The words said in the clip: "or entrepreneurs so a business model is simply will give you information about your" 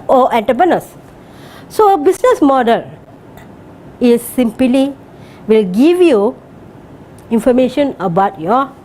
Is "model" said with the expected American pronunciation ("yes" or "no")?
yes